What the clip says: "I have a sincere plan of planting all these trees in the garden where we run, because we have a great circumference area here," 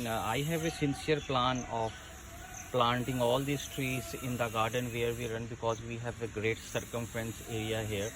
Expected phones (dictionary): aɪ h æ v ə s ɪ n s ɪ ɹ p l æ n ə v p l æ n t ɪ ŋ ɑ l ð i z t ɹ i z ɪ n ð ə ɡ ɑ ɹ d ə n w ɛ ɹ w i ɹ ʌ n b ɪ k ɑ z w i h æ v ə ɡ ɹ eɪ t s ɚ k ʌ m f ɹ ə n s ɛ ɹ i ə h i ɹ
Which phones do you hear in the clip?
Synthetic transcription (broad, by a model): aɪ h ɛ v ə s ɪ n s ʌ ɹ p l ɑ n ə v p l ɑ n t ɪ ŋ ɑ l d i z t ɹ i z ɪ n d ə ɡ ɑ ɹ d ə n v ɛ ɹ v i ɹ ʌ n b ɪ k ɑ z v i h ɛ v ə ɡ ɹ eɪ t s ɚ k ʌ m f ɹ ə n s ɛ ɹ i ə h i ɹ